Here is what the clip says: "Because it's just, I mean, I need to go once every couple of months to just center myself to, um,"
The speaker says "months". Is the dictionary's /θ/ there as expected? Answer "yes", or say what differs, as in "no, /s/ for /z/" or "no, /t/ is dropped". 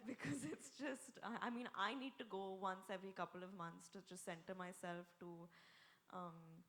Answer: no, /t/ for /θ/